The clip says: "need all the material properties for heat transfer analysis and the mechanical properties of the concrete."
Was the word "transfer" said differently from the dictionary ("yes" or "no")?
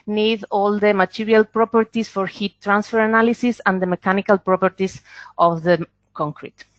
no